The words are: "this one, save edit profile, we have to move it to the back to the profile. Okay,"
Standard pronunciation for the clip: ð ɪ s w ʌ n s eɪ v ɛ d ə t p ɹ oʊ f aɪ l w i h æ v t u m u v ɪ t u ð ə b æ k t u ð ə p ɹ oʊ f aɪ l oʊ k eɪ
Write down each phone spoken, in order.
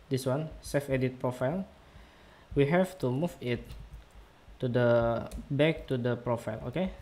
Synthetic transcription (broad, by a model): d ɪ s w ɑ n s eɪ f ɛ d ə t p ɹ oʊ f aɪ l w i h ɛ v t u m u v ɪ t u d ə b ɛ k t u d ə p ɹ oʊ f aɪ l oʊ k eɪ